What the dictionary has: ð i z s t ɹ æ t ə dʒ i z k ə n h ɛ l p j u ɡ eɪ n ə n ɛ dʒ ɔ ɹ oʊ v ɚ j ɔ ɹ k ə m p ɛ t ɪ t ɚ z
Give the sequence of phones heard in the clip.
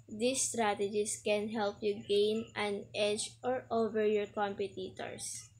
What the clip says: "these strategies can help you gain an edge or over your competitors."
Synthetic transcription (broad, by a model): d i s t ɹ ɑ t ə dʒ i s k ə n h ɛ l p j u ɡ eɪ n ə n ɛ dʒ ɔ ɹ oʊ v ɚ j ɔ ɹ k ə m p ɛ t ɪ t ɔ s